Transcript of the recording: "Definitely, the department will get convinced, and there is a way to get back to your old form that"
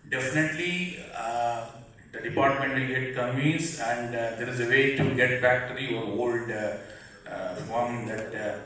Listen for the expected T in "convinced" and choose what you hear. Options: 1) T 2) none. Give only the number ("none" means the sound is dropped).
2